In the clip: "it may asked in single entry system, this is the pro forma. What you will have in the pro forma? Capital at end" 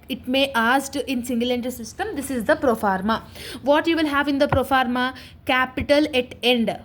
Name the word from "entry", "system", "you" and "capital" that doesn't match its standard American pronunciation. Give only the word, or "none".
entry